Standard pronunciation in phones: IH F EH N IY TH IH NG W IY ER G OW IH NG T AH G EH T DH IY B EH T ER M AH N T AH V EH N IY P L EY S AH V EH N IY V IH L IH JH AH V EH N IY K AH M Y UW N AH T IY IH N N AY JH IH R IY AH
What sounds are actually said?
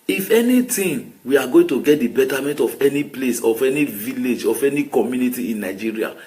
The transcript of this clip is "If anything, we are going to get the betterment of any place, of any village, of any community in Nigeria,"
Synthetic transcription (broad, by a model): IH F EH N IY T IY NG W IY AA G OW IH NG T AH G EH T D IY B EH T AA M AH N T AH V EH N IY P L EY S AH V EH N IY V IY L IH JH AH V EH N IY K AH M Y UW N AH T IY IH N N AY JH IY R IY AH